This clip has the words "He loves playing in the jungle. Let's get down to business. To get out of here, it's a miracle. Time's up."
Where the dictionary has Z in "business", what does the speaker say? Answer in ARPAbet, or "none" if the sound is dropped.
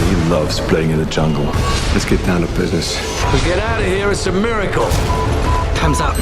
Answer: Z